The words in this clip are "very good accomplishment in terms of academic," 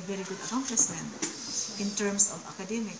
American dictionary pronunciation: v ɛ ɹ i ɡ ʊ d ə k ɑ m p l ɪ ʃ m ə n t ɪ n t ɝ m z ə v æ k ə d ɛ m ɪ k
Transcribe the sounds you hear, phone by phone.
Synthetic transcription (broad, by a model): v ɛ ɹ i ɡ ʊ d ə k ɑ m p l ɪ s m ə n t ɪ n t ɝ m s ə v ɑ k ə d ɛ m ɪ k